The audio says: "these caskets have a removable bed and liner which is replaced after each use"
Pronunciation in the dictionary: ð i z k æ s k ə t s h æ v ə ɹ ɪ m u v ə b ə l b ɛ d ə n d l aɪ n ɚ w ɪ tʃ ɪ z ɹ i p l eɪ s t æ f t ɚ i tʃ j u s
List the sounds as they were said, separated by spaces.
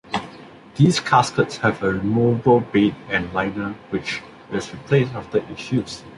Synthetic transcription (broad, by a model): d i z k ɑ s k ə t s h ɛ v ə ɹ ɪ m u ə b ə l b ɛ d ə n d l aɪ n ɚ w ɪ tʃ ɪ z ɹ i p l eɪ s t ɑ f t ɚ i ʃ j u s